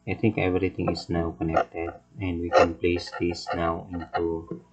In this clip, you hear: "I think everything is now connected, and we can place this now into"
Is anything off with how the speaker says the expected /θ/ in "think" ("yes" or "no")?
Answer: yes